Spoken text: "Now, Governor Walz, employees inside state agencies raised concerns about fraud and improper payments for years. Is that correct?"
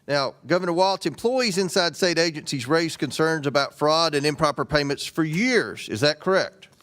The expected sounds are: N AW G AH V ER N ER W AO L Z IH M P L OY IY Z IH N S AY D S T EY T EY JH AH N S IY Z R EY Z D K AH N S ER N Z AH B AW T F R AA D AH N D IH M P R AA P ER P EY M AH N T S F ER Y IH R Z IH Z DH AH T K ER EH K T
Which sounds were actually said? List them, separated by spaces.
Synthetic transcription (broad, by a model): N AW G AH V ER N ER W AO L S IH M P L OY IY Z IH N S AY D S T EY T EY JH AH N S IY Z R EY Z K AH N S ER N Z AH B AW T F R AA D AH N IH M P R AA P ER P EY M AH N T S F ER Y IH R Z IH Z DH AH T K ER EH K T